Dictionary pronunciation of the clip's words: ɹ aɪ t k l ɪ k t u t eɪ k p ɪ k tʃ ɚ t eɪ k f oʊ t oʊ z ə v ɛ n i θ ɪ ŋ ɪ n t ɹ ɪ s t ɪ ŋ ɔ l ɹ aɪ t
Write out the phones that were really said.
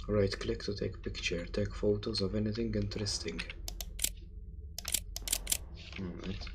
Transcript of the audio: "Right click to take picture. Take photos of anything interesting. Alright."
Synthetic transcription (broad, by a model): ɹ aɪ t k l ɪ k t u t eɪ k p ɪ k tʃ ɚ t eɪ k f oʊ t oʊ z ə v ɛ n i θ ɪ ŋ ɪ n t ɹ ɪ s t ɪ ŋ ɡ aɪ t